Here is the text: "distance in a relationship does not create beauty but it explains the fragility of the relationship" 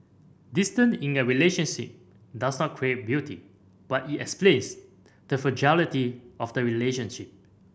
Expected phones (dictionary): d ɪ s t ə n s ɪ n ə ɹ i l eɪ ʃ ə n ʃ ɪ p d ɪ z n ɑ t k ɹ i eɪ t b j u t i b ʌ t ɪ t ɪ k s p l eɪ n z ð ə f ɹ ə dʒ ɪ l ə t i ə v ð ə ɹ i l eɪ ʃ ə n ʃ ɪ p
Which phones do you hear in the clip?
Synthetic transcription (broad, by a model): d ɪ s t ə n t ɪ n ə ɹ i l eɪ ʃ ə n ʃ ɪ p d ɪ s n ɑ t k ɹ i eɪ t b j u t i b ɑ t ɪ t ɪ k s p l eɪ n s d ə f ə dʒ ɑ l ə t i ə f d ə ɹ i l eɪ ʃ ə n ʃ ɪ p